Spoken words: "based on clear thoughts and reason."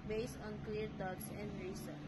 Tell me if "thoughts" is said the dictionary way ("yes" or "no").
no